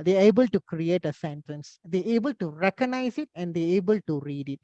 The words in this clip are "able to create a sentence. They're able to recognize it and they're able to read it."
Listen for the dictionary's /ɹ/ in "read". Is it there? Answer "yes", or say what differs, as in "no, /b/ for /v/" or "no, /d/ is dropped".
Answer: yes